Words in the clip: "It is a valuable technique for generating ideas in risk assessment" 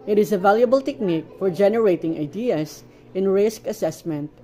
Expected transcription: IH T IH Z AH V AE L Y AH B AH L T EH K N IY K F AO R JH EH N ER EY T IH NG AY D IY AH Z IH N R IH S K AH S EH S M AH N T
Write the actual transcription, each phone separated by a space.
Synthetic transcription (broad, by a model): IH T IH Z AH V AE L Y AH B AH L T EH K N IY K F AO R JH EH N ER EY T IH NG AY D IY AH S IH N R IH S K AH S EH S M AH N T